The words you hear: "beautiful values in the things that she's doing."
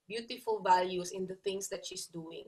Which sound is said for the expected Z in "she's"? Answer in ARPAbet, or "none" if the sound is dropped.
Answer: S